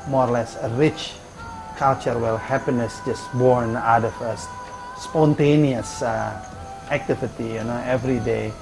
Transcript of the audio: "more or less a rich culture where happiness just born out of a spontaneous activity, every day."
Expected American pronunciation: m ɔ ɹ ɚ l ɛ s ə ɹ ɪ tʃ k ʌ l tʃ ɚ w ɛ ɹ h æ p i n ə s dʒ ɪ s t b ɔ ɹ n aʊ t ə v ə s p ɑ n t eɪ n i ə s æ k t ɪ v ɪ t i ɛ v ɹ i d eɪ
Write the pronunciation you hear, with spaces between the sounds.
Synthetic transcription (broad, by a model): m ɔ ɹ l ɛ s ə ɹ ɪ tʃ k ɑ l tʃ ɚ w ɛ l h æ p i n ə s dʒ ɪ s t b ɔ ɹ n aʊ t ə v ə s p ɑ n t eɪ n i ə s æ k t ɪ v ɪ t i ɛ v ɹ i d eɪ